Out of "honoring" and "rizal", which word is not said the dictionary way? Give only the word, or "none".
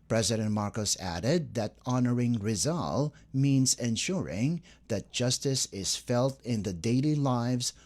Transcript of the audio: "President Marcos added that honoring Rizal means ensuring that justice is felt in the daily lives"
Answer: none